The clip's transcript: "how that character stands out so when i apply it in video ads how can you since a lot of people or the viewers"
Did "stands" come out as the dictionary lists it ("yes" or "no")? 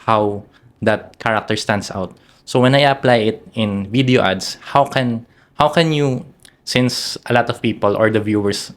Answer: no